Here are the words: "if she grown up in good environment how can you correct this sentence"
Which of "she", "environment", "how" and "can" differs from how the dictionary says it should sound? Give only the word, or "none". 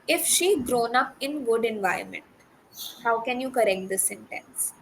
environment